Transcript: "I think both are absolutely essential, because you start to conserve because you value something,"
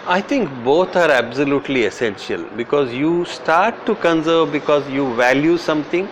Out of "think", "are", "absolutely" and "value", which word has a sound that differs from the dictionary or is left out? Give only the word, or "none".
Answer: think